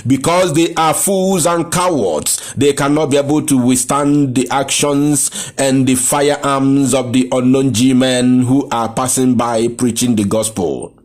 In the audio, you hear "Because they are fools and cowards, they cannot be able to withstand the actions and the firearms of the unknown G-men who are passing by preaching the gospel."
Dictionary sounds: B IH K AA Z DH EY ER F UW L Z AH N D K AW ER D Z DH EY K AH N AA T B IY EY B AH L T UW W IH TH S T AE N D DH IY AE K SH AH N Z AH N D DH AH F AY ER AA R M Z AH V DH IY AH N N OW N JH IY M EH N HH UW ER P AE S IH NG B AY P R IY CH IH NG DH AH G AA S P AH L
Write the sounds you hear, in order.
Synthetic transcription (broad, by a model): B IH K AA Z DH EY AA F UW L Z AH N K AW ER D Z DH EY K AH N AA T B IY EY B AH L T UW W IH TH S T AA N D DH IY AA K SH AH N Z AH N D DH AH F AY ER AA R M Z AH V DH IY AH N N OW N JH IY M EH N HH UW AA P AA S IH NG B AY P R IY CH IH NG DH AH G AA S P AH L